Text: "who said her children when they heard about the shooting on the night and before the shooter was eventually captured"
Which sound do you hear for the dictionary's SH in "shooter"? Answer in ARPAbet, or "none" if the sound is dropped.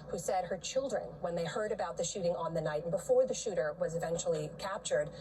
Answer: SH